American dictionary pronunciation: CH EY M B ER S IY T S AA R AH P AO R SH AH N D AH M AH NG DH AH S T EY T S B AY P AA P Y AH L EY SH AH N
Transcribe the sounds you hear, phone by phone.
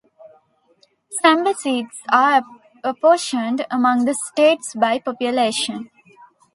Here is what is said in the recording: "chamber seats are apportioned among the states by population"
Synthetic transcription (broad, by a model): S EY M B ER S IY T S AA R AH P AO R SH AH N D AH M AH NG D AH S T EY T S B AY P AA P Y AH L EY SH AH N